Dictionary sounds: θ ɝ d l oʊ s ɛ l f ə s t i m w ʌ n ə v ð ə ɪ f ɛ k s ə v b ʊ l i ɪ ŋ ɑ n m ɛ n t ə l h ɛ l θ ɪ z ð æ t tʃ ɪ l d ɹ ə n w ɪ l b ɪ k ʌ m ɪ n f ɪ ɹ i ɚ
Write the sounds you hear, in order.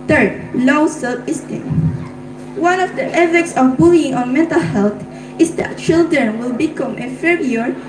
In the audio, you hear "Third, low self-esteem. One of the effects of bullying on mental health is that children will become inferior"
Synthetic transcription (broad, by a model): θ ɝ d l oʊ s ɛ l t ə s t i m w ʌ n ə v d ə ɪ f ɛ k s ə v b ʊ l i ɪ ŋ ɑ n m ɛ n t ə l h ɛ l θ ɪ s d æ t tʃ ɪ l d ɹ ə n w ɪ l b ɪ k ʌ m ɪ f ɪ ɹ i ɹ